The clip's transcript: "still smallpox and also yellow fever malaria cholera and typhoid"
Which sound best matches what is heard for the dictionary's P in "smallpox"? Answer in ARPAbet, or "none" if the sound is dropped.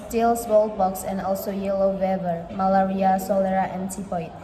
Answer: B